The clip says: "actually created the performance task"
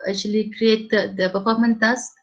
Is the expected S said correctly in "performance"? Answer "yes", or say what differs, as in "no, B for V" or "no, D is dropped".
no, S is dropped